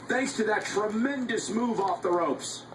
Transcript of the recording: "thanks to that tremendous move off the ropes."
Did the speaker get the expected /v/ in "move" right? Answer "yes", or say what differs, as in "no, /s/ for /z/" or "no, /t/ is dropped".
yes